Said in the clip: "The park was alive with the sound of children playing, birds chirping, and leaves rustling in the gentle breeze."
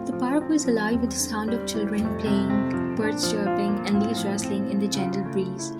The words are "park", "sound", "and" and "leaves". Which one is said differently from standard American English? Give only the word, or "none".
leaves